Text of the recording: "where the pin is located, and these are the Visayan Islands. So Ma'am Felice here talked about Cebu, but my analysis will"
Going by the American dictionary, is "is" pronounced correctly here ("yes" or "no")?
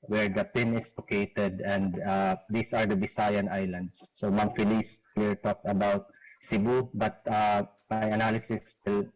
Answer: no